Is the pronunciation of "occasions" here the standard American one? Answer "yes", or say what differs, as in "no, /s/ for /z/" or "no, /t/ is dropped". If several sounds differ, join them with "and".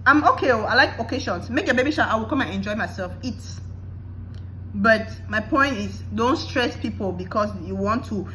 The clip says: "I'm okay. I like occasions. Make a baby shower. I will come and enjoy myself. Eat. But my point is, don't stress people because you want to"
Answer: no, /ʃ/ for /ʒ/